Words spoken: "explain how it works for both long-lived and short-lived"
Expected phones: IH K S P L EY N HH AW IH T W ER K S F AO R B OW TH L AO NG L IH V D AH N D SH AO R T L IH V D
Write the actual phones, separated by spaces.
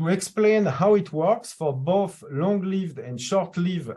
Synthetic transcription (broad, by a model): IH K S P L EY N HH AW IH T W ER K S F AO R B OW TH L AO NG L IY V D AH N D SH AO R T L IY V